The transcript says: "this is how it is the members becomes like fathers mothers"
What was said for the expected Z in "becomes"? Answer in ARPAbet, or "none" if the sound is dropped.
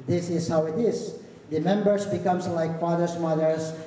S